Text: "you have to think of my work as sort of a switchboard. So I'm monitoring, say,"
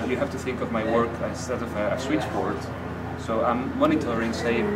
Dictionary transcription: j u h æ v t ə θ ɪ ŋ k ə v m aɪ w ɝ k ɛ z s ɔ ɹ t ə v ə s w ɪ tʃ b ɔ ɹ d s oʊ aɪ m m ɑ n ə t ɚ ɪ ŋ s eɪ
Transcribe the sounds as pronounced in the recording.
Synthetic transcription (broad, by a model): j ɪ h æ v t ə θ ɪ ŋ k ə v m aɪ w ɝ k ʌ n s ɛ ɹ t ə v ə s w ɪ tʃ b ɔ ɹ d s oʊ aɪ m m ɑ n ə t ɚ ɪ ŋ s eɪ